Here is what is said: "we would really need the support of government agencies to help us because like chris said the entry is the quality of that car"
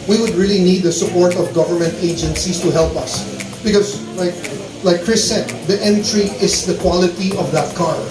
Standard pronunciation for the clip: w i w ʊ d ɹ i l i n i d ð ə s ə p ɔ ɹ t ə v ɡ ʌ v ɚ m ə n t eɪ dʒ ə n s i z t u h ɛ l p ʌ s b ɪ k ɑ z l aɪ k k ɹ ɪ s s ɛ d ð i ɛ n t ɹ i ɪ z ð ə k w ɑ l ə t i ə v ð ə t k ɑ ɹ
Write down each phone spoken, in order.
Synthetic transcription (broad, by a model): w i w ʊ d ɹ i l i n i d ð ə s ə p ɔ ɹ t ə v ɡ ʌ v ɚ m ə n t eɪ dʒ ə n s i s t u h ɛ l p ʌ s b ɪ k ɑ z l aɪ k k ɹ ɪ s s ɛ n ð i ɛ n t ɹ i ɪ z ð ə k w ɑ l ə t i ə v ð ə t k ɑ ɹ